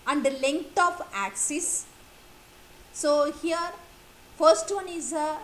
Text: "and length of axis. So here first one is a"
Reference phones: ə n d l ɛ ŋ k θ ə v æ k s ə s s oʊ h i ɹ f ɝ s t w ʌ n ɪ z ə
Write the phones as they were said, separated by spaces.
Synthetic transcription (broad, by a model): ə n d l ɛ ŋ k t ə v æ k s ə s s oʊ h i ɹ f ɝ s t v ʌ n ɪ z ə